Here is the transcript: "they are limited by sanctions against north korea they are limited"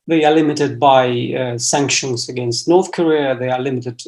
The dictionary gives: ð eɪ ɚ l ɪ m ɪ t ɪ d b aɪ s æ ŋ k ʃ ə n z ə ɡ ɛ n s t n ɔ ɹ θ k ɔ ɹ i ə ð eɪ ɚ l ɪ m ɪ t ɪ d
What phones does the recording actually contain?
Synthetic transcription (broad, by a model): ð eɪ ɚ l ɪ m ɪ t ɪ d b aɪ s æ ŋ k ʃ ə n z ə ɡ ɛ n s t n ɔ ɹ θ k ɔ ɹ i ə ð eɪ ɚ l ɪ m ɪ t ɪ d